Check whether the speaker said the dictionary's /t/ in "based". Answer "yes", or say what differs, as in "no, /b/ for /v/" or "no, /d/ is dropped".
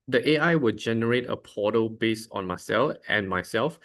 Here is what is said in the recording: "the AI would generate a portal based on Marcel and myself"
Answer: no, /t/ is dropped